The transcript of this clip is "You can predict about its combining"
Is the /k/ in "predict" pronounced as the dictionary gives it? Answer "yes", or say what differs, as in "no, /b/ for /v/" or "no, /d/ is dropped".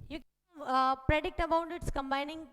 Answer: yes